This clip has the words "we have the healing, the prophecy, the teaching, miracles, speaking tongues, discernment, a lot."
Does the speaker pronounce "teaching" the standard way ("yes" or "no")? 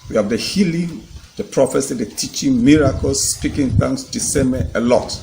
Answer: yes